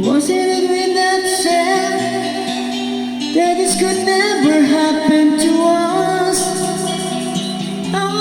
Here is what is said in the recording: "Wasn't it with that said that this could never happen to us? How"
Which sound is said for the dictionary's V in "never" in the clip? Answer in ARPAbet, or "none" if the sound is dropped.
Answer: V